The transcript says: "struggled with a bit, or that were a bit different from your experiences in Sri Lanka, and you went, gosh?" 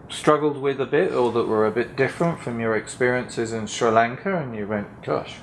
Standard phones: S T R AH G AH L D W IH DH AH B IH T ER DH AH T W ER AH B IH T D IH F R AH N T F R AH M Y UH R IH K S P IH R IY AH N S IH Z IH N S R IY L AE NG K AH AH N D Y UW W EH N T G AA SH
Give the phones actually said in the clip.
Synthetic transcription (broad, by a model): S T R AH G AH L D W IH DH AH B IH T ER DH AH T W ER AH B IH T D IH F R AH N T F R AH M Y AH R IH K S P IH R IY AH N S IH Z IH N S R IY L AE NG K AH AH N Y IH W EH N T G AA SH